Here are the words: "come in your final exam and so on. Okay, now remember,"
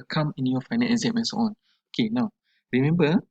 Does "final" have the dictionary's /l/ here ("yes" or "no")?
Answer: no